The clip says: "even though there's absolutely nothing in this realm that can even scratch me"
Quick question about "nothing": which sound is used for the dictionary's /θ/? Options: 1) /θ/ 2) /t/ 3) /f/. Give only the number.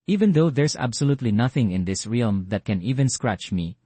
1